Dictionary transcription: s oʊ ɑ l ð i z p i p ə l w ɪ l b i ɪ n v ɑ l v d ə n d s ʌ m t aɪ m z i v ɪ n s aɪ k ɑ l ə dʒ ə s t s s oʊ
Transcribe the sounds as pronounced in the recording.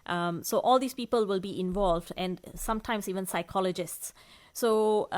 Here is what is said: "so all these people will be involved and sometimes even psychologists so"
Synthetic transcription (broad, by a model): s oʊ ɑ l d i s p i p ə l w ɪ l b i ɪ n v ɑ l v d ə n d s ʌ m t aɪ m s i v ɪ n s aɪ k ɑ l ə dʒ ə s t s s oʊ